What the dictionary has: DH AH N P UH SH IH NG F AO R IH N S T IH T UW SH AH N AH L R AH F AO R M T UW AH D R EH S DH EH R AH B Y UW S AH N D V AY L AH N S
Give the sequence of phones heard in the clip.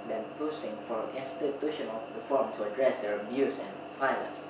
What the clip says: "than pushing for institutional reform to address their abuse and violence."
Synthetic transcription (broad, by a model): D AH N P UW S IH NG F AO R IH N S T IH T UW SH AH N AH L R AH F AO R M T UW AH D R EH S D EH R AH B Y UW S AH N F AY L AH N S